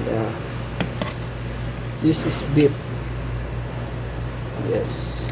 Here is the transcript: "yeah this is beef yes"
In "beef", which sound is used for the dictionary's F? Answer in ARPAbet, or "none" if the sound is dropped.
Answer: P